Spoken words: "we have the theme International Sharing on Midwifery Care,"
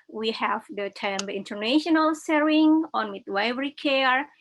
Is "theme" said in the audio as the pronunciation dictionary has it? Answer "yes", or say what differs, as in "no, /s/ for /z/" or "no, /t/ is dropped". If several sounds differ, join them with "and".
no, /t/ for /θ/